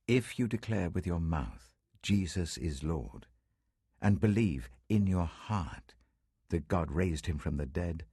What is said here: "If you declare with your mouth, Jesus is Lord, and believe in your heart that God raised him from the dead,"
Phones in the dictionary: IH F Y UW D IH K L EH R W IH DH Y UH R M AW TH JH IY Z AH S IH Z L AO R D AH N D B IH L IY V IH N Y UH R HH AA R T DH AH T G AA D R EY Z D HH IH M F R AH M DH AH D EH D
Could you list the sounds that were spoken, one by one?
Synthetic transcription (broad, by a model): IH F Y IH D IH K L EH R W IH DH Y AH R M AW TH JH IY Z AH S IH Z L AO R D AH N B IH L IY V IH N Y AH R HH AA R T DH AH T G AA D R EY Z D HH IH M F R AH M DH AH D EH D